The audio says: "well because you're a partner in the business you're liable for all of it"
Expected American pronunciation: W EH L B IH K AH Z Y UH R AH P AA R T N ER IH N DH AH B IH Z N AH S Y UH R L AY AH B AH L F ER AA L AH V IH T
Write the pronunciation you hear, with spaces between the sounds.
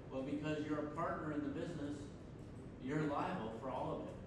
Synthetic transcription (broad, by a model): W EH L B IH K AH Z Y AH R AH P AA R T N ER IH N DH AH B IH Z N AH S Y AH R L AY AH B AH L F ER AA L AH V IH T